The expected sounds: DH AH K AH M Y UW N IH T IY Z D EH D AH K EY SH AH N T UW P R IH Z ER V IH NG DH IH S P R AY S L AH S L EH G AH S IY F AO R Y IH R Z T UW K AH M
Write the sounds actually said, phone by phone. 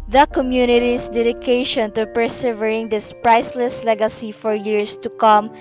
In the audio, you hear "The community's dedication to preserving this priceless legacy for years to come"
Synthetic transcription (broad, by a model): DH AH K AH M Y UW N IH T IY S D EH D AH K EY SH AH N T UW P R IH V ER IH NG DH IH S P R AY S L AH S L EH G AH S IY F AO R Y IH R S T UW K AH M